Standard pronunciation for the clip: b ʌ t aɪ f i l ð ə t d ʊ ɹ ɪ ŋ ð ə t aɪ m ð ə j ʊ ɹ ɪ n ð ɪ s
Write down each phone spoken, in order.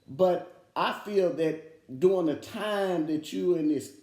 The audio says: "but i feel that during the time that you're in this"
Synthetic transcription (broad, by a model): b ʌ t aɪ f i l ð ə t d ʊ ɪ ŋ ð ə t aɪ m ð ə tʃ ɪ ɪ n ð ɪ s